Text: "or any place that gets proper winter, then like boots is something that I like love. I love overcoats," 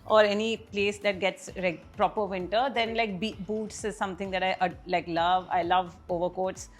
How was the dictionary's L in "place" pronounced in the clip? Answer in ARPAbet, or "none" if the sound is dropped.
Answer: L